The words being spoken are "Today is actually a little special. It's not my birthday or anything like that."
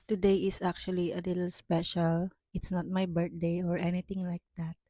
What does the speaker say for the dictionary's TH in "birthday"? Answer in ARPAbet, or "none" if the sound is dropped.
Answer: T